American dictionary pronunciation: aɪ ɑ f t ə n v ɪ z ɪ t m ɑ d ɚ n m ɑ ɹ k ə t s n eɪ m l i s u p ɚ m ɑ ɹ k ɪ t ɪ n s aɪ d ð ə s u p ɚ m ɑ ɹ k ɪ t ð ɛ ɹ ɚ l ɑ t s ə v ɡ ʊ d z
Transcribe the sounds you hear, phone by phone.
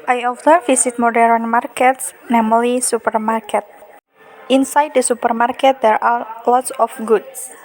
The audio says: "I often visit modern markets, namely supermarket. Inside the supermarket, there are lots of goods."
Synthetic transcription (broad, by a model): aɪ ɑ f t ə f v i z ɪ t m ɑ d ɚ n m ɑ ɹ k ə t s n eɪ m l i s u p ɚ m ɑ ɹ k ɪ t ɪ n s aɪ d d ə s u p ɚ m ɑ ɹ k ɪ t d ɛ ɹ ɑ l ɑ t s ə f ɡ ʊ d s